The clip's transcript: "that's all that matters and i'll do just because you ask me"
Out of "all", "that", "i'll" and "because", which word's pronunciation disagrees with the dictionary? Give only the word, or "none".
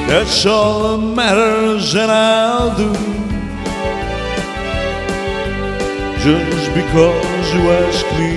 none